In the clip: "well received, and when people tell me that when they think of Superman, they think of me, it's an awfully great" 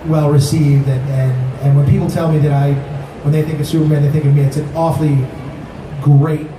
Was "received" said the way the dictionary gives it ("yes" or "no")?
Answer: yes